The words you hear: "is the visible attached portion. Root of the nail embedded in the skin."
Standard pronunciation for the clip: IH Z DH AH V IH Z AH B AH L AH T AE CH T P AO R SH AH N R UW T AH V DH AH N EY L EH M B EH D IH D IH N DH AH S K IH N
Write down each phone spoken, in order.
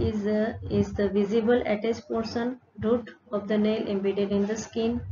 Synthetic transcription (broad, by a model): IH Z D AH V IH Z AH B AH L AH T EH S T P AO R S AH N R UW T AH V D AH N EY L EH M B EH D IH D IH N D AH S K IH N